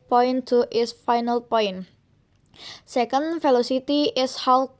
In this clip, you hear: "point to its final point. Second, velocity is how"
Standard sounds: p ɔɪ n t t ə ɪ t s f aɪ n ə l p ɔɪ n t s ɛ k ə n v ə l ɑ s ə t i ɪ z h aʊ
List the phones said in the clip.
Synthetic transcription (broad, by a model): p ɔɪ n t t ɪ s f aɪ n ə l p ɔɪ n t s ɛ k ə n f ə l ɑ s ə t i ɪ s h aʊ